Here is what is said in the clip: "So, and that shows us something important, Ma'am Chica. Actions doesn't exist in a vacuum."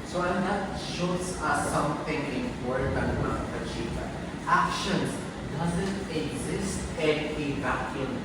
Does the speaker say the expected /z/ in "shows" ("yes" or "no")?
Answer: no